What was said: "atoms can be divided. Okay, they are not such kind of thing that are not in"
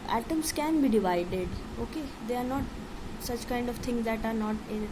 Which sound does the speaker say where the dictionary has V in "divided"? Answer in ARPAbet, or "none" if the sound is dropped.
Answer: V